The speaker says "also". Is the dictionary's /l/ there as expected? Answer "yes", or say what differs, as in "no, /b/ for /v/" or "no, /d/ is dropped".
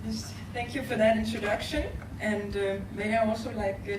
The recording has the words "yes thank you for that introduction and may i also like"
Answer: yes